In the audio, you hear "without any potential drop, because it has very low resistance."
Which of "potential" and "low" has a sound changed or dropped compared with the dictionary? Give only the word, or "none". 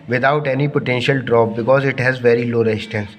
none